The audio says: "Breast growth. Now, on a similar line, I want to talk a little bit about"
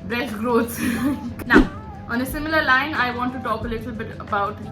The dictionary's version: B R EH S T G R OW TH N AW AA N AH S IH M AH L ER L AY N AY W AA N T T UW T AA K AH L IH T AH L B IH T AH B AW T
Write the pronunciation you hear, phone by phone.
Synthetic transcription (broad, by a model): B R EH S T G R OW S N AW AA N AH S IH M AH L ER L AY N AY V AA N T T UW T AA K AH L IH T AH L B IH T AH B AW T